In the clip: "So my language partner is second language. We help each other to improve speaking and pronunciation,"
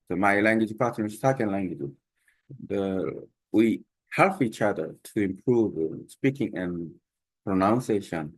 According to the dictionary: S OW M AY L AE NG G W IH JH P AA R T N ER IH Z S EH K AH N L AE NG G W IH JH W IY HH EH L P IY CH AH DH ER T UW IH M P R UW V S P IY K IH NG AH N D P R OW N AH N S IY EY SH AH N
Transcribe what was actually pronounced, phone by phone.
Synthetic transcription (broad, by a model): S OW M AY L AE NG G W IH JH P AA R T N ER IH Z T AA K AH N L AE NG G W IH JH W IY HH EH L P IY CH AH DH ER T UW IH M P R UW V S P IY K IH NG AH N P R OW N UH N S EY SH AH N